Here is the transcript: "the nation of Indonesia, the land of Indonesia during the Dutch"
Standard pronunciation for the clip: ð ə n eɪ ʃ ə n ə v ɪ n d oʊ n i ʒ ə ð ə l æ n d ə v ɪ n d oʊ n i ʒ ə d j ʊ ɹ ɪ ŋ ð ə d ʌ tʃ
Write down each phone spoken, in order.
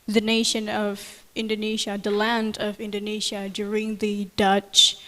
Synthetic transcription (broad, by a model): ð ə n eɪ ʃ ə n ə v ɪ n d oʊ n i ʒ ə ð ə l æ n d ə v ɪ n d oʊ n i ʒ ə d j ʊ ɹ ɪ ŋ ð ə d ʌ tʃ